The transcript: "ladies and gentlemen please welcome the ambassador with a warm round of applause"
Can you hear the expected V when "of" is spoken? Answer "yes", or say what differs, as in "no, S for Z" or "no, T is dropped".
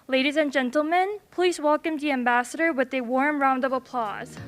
yes